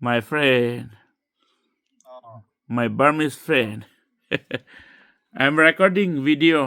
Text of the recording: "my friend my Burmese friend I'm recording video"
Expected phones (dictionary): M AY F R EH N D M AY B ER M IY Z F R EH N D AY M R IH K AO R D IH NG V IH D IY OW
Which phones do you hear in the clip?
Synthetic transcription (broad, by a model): M AY F R EH N D M AY B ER M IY S F R EH N D AY M R IH K AO R D IH NG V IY D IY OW